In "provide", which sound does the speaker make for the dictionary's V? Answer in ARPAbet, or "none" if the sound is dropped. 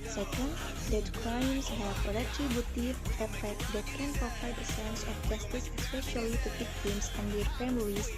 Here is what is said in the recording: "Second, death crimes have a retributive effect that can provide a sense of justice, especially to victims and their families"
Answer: F